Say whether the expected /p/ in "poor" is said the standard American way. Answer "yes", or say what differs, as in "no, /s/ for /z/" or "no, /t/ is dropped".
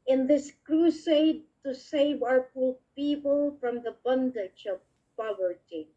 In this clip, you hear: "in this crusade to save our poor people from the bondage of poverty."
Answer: no, /f/ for /p/